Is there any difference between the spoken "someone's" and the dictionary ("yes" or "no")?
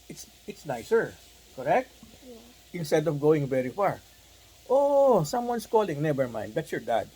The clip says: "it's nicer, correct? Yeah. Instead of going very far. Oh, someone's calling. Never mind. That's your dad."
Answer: yes